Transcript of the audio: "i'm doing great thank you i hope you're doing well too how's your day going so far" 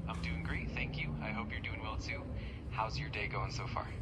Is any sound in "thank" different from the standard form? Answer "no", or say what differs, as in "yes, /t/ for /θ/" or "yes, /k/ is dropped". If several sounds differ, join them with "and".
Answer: no